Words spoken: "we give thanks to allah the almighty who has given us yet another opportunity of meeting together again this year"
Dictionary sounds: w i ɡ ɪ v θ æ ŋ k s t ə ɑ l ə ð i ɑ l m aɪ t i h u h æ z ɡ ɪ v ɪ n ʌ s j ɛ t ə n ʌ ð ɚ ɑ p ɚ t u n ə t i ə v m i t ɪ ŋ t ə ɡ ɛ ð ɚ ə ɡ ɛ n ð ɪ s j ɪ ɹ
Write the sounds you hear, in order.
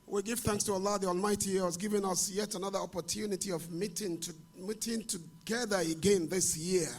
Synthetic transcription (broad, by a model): w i ɡ ɪ v θ æ ŋ k s t ə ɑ l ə ð i ɑ l m aɪ t i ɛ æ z ɡ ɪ v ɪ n ʌ s j ɛ t ə n ʌ ð ɚ ɑ p ɚ t u n ə t i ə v m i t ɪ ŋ t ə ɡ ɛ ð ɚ ə ɡ ɛ n ð ɪ s j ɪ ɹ